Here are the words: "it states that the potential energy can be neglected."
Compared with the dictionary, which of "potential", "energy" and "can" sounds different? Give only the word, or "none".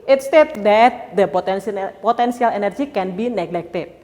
potential